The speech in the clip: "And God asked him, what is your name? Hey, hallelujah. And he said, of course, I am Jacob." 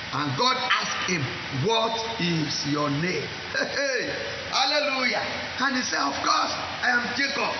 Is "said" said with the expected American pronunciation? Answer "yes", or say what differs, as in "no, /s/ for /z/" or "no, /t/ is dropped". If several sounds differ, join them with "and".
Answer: no, /d/ is dropped